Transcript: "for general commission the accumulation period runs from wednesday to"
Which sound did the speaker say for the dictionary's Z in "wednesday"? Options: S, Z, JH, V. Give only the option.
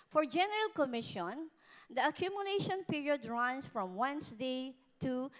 S